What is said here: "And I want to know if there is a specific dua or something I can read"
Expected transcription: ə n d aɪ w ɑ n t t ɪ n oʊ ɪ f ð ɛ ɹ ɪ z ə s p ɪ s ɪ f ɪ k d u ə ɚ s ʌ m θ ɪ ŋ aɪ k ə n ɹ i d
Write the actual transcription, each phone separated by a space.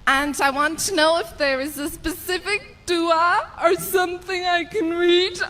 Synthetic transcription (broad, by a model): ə n aɪ w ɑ n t t ɪ n oʊ ɪ f ð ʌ ɹ ɪ z ə s p ɪ s ɪ f ɪ k d u ə ɚ s ʌ m θ ɪ ŋ aɪ k ə n ɹ i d